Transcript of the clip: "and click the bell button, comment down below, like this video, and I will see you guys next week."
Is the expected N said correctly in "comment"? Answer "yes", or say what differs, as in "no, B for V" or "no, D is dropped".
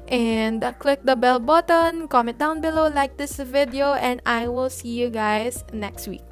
no, N is dropped